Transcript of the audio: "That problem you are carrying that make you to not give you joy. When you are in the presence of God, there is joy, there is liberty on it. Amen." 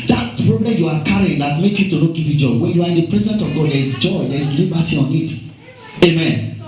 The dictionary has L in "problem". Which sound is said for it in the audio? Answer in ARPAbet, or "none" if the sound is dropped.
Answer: none